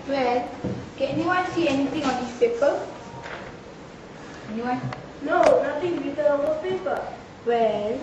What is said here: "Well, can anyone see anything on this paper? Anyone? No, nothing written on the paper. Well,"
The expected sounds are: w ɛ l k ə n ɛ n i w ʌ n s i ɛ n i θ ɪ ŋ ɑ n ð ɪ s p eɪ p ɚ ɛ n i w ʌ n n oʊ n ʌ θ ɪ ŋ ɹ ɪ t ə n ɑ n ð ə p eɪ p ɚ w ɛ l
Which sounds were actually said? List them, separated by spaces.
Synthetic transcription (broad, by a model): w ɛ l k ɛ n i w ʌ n s i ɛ n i t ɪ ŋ ɑ n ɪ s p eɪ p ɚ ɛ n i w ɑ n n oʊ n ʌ t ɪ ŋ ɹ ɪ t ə ɑ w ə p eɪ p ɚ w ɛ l